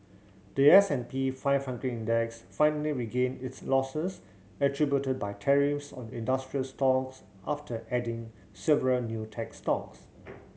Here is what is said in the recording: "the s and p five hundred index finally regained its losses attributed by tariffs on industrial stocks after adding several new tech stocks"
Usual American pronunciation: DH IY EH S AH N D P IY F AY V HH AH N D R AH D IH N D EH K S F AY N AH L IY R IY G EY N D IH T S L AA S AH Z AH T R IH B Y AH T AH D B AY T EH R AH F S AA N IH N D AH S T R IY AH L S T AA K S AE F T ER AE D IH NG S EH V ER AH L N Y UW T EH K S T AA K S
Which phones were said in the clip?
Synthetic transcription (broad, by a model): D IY EH S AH N P IY F AY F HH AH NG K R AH IH N D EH K S F AY N AH L IY R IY G EY N IH T S L AA S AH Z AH T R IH B Y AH T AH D B AY T EH R AH F S AA N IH N D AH S T R IY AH L S T AA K S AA F T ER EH D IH NG S EH V ER AH L N Y UW T EH K S T AA K S